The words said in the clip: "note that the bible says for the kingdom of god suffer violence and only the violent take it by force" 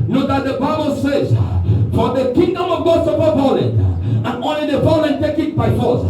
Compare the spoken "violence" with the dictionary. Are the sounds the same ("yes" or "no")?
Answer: no